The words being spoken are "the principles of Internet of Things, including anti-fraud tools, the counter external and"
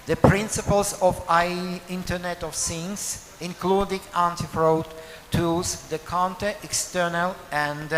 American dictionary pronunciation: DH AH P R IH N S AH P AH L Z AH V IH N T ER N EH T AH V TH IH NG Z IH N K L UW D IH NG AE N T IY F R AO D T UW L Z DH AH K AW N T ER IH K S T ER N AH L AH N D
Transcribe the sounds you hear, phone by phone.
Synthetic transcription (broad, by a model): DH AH P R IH N S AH P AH L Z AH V IH N T ER N EH T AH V S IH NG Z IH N K L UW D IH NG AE N T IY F R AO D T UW Z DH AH K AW N T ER IH K S T ER N AH L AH N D